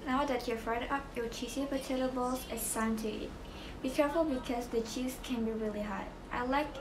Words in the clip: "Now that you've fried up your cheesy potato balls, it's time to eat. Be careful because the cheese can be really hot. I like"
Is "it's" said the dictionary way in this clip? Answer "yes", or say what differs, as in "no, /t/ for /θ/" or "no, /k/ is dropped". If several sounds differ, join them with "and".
no, /s/ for /t/